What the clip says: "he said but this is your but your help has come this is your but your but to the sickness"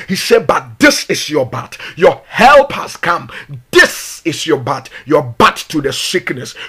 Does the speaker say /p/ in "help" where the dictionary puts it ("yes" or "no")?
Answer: yes